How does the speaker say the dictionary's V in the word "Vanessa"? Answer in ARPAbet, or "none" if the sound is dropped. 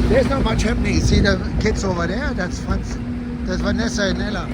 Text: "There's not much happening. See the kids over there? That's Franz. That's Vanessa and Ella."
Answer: W